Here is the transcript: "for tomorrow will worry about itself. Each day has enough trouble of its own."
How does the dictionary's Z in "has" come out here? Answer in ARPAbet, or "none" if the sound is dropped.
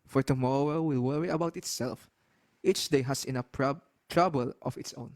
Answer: S